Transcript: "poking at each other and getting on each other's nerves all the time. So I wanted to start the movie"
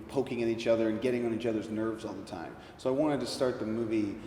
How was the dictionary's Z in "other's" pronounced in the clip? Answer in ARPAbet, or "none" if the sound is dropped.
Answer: Z